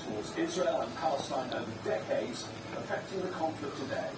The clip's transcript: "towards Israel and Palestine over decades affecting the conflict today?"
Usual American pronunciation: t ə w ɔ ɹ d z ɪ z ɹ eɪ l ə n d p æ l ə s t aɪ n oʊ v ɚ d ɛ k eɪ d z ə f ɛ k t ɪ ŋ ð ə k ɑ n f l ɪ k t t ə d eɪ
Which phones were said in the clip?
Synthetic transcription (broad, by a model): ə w ɔ d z ɪ z ɹ eɪ l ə n p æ l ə s t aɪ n oʊ v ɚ d ɛ k eɪ d z ə f ɛ k t ɪ ŋ ð ə k ɑ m f l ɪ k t t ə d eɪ